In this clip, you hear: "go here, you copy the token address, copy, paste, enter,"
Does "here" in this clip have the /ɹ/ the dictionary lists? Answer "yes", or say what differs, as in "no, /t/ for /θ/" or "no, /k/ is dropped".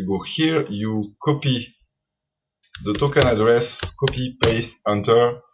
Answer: yes